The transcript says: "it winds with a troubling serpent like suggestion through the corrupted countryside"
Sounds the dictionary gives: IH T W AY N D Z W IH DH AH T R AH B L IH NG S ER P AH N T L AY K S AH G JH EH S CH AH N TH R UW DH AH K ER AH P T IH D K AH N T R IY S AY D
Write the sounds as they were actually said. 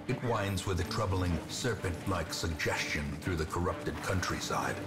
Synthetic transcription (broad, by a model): IH T W AY N D Z W IH DH AH T R AH B L IH NG S ER P AH N T L AY K S AH G JH EH S CH AH N TH R UW DH AH K ER AH P T IH D K AH N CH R IY S AY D